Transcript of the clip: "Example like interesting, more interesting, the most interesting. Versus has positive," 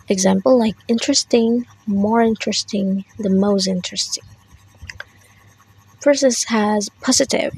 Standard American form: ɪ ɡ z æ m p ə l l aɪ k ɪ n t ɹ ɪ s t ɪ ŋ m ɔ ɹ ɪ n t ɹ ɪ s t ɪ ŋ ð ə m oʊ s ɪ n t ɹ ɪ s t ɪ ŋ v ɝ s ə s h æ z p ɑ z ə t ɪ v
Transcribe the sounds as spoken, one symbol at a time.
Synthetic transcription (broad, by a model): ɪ ɡ z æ m p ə l l aɪ k ɪ n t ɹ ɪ s t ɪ ŋ m ɔ ɹ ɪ n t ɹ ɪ s t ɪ ŋ ð ə m oʊ s ɪ n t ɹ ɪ s t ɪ ŋ p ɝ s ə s h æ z p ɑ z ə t ɪ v